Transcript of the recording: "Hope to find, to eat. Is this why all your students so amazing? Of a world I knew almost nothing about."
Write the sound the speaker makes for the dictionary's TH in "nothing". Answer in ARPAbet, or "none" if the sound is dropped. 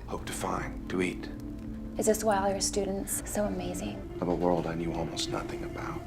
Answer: TH